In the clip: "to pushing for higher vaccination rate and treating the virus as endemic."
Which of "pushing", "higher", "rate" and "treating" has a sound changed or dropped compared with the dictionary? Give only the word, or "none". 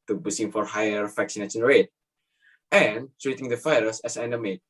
pushing